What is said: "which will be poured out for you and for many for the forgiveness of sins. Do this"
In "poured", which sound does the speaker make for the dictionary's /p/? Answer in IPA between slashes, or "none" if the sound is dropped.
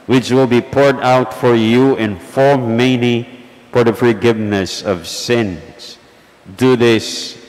/p/